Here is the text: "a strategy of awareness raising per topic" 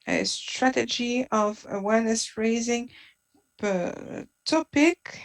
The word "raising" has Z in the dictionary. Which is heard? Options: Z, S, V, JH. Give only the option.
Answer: Z